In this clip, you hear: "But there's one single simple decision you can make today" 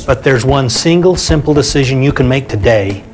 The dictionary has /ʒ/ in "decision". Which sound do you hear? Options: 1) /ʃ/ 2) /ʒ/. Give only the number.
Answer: 2